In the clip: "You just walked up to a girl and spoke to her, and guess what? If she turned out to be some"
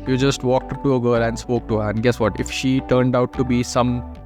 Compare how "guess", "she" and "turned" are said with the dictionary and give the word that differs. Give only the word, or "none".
none